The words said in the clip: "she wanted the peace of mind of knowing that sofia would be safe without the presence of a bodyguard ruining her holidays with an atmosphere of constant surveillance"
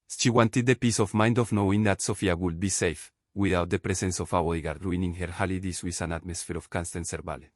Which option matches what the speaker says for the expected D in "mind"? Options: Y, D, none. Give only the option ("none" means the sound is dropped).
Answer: D